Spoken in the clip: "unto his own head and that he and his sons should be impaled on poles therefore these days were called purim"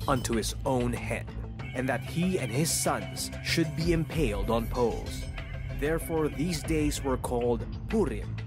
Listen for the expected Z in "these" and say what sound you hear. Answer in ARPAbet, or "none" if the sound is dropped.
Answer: Z